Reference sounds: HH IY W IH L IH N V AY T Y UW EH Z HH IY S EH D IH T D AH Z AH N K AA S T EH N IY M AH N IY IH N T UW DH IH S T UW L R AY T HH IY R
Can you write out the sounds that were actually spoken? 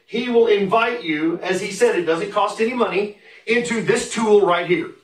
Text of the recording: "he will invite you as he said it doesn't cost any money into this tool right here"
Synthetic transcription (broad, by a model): HH IY W IH L IH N V AY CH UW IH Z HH IY S EH D IH T D AH Z AH N K AA S T EH N IY M AH N IY IH N T UW DH IH S T UW L R AY T HH IY R